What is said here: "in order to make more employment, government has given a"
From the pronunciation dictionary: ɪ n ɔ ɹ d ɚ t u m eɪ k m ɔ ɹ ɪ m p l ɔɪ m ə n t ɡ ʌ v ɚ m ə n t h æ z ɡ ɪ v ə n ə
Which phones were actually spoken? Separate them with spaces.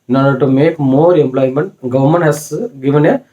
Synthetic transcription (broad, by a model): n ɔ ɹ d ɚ t u m eɪ k m ɔ ɹ ɪ m p l ɔɪ m ə n t ɡ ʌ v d m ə n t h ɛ s ɡ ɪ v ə n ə